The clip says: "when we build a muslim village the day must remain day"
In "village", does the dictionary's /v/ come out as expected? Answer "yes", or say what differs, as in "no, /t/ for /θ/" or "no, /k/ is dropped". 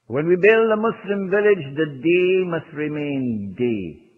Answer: yes